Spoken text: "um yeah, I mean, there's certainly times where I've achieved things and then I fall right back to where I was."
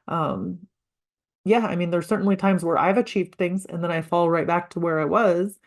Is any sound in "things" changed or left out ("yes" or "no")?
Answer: no